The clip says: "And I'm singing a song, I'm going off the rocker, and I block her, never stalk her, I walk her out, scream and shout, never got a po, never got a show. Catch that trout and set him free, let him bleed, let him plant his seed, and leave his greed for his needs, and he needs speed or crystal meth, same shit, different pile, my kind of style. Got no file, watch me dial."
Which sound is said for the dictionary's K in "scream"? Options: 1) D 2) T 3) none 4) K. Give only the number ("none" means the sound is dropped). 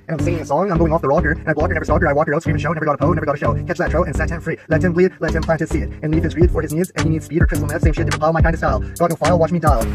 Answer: 3